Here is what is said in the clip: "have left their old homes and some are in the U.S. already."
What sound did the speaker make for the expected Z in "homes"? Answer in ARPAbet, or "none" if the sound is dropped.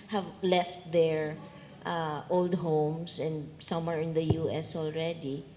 S